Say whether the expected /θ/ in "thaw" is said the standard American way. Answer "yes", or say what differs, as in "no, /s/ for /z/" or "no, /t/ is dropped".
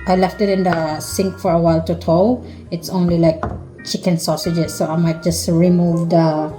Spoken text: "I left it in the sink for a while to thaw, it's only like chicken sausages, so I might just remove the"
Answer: no, /t/ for /θ/